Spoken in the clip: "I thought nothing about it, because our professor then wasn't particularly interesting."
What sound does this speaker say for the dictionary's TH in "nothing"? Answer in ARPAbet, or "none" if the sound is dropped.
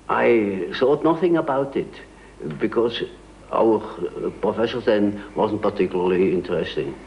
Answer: TH